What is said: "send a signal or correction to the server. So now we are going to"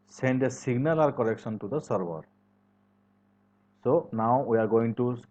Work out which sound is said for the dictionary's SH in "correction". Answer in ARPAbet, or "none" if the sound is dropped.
S